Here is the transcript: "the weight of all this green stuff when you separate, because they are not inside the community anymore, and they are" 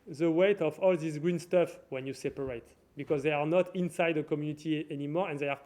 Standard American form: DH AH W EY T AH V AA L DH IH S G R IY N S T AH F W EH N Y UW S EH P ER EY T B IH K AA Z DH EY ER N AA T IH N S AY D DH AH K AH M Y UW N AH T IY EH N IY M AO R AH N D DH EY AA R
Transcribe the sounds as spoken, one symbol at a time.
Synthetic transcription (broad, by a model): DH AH W EY T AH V AA L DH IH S G R IY N S T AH F W EH N Y UW S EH P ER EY T B IH K AA Z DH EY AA N AA T IH N S AY D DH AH K AH M Y UW N AH T IY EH N IY M AO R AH N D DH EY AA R